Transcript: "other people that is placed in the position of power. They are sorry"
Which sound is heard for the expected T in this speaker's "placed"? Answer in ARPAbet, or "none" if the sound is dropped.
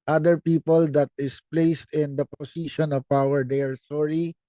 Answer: T